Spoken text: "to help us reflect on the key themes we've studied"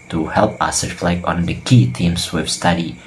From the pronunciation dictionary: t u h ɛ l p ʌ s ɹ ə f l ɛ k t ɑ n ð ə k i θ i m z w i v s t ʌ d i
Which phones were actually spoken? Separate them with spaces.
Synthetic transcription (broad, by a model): t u h ɛ l p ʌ s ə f l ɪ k ɑ n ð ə k i t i m s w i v s t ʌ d i